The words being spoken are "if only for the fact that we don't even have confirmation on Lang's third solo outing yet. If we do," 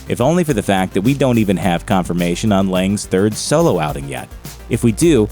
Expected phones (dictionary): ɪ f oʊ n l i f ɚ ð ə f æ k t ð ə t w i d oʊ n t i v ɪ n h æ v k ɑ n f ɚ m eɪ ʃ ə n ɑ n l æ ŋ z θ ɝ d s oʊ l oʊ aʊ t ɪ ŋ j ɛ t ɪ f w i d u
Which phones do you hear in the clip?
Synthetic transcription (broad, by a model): ɪ f oʊ n l i f ɚ ð ə f æ k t ð ə t w i d oʊ n t i v ɪ n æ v k ɑ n f ɚ m eɪ ʃ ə n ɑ n l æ ŋ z θ ɝ d s oʊ l oʊ aʊ t ɪ ŋ j ɛ t ɪ f w i d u